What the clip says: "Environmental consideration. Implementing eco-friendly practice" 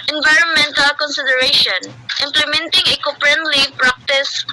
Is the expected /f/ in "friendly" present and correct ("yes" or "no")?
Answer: no